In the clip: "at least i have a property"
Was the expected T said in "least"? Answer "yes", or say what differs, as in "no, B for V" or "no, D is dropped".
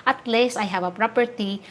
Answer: no, T is dropped